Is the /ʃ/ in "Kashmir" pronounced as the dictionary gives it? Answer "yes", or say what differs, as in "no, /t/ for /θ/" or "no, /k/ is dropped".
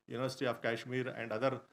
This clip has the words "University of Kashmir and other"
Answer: yes